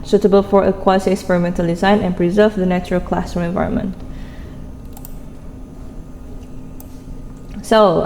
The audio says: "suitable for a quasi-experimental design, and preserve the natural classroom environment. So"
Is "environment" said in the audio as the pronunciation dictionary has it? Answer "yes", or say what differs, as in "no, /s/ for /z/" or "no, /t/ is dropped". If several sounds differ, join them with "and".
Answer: yes